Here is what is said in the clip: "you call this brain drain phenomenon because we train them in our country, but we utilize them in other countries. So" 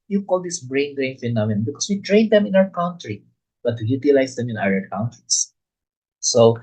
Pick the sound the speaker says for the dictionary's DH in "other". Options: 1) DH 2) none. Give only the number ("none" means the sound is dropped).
2